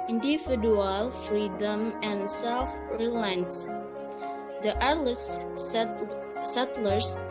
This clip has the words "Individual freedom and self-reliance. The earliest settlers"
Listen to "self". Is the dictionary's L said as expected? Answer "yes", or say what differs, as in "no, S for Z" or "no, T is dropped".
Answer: yes